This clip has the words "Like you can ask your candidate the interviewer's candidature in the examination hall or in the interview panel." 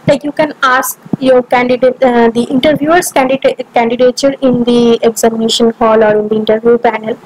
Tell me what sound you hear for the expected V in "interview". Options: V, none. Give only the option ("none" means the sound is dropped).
V